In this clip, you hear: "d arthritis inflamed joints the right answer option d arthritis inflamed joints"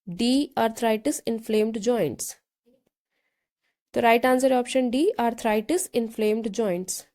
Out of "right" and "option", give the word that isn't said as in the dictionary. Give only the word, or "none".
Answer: none